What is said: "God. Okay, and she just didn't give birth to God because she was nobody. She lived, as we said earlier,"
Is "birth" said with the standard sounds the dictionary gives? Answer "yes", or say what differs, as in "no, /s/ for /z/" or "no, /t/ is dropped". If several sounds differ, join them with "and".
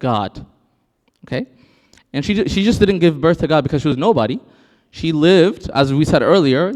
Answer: yes